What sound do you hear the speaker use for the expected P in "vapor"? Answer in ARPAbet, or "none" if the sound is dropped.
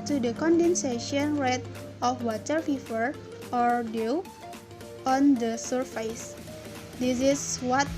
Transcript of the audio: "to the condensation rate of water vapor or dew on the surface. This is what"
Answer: F